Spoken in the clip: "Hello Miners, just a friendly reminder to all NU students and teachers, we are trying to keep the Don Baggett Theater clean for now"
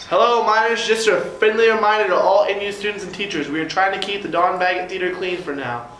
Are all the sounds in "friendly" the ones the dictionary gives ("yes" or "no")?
no